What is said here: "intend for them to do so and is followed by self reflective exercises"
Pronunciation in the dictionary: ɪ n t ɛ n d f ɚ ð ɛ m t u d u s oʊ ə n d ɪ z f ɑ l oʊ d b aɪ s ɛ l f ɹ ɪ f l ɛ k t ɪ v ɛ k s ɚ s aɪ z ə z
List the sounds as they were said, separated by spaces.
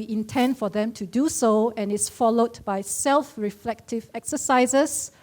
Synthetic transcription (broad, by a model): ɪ n t ɛ n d f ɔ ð ɛ m t u d u s oʊ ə n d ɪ s f ɑ l oʊ d b aɪ s ɛ l f ɹ ɪ f l ɛ k t ɪ v ɛ k s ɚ s aɪ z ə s